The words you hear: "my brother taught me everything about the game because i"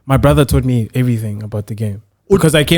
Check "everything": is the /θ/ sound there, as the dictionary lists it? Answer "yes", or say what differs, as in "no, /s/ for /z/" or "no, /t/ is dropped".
yes